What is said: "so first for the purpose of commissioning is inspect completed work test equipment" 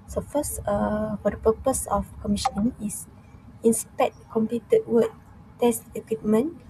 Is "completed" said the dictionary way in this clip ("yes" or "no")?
no